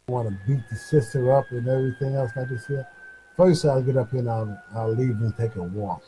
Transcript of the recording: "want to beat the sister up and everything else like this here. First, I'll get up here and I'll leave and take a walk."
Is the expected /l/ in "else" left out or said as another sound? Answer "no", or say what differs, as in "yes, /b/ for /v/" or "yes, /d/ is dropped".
no